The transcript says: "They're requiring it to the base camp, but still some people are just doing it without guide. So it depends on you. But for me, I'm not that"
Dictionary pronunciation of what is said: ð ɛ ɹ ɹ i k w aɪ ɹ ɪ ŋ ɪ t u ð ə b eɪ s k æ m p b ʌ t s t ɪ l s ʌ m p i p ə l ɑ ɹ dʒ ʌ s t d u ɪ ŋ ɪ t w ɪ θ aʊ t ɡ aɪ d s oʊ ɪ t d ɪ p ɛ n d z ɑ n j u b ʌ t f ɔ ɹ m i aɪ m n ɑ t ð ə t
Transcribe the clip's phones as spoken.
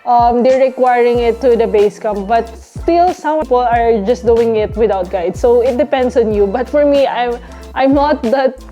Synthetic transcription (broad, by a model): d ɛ ɹ ɹ i k w aɪ ɹ ɪ ŋ ɪ t u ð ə b eɪ s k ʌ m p b ʌ t s t ɪ l s ʌ m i p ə l ɑ ɹ dʒ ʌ s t d u ɪ ŋ ɪ t w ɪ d aʊ t ɡ aɪ d s oʊ ɪ t d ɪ p ɛ n d s ɑ n j u b ʌ t f ɔ ɹ m i aɪ m n ɑ t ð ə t